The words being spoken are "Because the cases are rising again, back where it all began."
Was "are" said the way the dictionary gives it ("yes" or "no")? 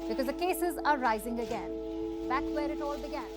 yes